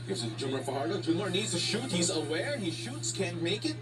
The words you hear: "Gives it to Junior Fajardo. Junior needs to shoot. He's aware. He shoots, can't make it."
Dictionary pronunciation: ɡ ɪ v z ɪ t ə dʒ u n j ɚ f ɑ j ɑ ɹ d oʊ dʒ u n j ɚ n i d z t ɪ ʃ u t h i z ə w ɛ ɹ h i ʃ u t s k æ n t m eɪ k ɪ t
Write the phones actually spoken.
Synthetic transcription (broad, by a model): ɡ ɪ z ɪ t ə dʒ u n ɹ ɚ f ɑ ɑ ɹ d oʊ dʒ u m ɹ n i d z t ɪ ʃ u t h i z ə w ɛ ɹ h i ʃ u t s k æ n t m eɪ k ɪ t